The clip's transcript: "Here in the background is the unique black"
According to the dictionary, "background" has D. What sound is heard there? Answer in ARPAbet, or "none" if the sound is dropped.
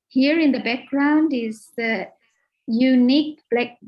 D